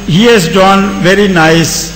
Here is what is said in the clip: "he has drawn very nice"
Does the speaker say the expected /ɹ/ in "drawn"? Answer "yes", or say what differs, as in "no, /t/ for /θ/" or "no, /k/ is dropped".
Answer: no, /ɹ/ is dropped